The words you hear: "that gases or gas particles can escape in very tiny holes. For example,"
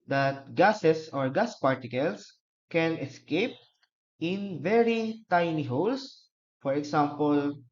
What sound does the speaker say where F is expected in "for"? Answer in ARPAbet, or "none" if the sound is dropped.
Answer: F